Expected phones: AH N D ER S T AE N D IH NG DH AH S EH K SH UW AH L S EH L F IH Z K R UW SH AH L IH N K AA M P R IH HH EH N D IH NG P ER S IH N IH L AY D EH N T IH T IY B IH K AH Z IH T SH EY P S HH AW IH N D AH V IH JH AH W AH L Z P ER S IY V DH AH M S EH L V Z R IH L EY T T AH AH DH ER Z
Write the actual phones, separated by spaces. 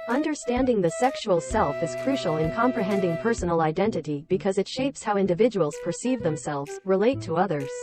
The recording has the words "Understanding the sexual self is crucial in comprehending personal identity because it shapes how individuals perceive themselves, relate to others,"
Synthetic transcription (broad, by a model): AH N D ER S T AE N D IH NG DH AH S EH K SH UW AH L S EH L F IH Z K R UW SH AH L IH N K AA M P R IH HH EH N D IH NG P ER S N L AY D EH N T IH T IY B IH K AH Z IH T SH EY P S HH AW IH N D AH V IH JH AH W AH L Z P ER S IY V DH AH M S EH L V Z R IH L EY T T AH AH DH ER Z